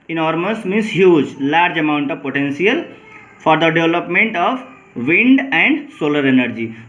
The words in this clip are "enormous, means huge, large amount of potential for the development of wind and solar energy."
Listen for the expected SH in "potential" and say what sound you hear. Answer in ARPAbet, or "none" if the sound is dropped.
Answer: S